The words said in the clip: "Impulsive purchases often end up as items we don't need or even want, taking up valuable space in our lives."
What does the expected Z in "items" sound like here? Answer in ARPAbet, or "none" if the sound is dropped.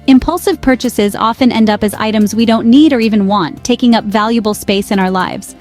Z